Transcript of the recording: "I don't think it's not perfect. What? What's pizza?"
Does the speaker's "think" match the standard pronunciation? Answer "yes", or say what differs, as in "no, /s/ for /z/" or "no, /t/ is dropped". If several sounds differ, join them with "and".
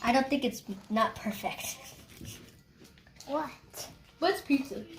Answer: yes